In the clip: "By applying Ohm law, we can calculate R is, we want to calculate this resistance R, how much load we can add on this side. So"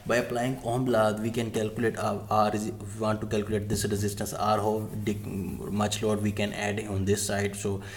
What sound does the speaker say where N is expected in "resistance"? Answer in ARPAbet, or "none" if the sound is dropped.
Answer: N